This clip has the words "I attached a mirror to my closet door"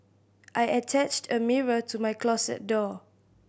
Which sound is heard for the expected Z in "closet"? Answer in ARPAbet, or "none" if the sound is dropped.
S